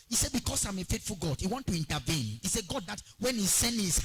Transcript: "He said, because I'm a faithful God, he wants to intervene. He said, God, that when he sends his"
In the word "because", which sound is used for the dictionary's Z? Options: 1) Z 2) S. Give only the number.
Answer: 2